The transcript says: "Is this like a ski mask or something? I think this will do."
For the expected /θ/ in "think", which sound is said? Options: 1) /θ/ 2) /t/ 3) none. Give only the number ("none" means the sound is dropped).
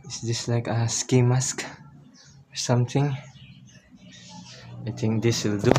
2